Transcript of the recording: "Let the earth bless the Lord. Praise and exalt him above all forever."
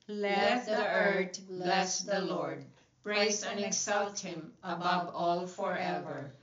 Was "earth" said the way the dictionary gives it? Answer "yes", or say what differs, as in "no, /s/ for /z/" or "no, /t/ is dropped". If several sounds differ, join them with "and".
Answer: no, /t/ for /θ/